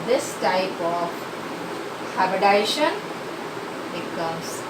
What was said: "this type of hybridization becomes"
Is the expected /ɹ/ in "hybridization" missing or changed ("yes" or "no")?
yes